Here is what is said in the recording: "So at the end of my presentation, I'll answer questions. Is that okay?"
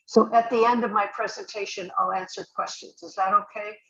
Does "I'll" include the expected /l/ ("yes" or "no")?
yes